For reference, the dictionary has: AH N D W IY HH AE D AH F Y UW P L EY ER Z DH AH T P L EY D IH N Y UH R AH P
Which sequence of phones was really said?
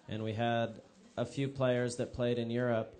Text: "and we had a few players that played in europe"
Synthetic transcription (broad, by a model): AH N W IY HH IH D AH F Y UW P L EY ER Z DH AH T P L EY D IH N Y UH R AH P